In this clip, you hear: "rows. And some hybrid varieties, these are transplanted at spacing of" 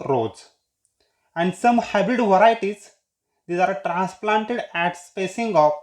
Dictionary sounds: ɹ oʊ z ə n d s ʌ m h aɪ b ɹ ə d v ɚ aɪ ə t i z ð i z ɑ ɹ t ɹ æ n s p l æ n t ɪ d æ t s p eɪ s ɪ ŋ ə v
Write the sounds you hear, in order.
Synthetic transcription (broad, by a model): ɹ oʊ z ə n d s ʌ m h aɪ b ə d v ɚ aɪ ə t i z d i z ɑ ɹ t ɹ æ n s p l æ n t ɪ d æ t s p eɪ s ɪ ŋ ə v